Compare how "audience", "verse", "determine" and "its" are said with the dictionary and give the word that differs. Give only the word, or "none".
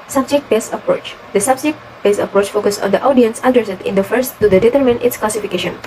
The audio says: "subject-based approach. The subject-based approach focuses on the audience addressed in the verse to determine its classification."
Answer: verse